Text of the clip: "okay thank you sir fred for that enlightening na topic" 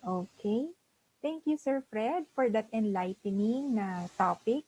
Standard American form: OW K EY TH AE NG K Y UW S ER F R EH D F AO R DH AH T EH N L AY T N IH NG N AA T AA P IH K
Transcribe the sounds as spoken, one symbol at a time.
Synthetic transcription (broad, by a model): OW K EY T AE NG K Y UW S ER F R EH D F AO R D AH T EH N L AY T N IH NG N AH T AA P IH K